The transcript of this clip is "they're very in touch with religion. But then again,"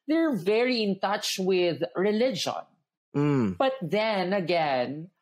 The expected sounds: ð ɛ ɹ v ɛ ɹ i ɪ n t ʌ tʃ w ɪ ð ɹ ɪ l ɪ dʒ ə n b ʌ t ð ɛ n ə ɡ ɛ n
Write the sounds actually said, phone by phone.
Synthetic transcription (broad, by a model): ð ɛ ɹ v ɛ ɹ i ɪ n t ʌ tʃ w ɪ ð ɹ ɪ l ɪ dʒ ə n b ʌ t ð ɛ n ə ɡ ɛ n